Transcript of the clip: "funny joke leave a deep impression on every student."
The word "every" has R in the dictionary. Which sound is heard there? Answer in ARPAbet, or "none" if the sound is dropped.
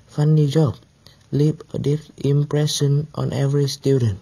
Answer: R